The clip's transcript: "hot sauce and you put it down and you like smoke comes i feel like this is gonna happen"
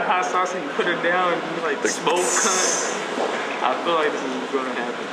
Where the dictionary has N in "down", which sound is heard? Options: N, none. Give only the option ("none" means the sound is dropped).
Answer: none